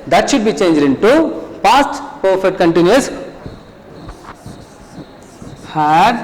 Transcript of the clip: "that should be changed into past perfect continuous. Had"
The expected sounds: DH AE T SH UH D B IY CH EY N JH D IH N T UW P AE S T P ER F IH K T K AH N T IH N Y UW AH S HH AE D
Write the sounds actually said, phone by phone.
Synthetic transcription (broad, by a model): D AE T SH UH D B IY CH EY N JH D IH N T UW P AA S T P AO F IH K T K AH N T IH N Y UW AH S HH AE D